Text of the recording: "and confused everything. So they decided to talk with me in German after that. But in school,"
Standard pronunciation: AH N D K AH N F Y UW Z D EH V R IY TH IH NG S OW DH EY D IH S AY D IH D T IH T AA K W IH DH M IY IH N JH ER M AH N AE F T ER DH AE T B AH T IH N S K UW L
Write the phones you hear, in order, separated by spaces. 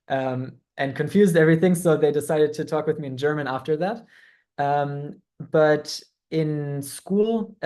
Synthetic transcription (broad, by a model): AH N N K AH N F Y UW Z D EH V R IY TH IH NG S OW DH EY D IH S AY D IH D T IH T AA K W IH DH M IY IH N JH ER M AH N AE F T ER DH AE T B AH T IH N S K UW L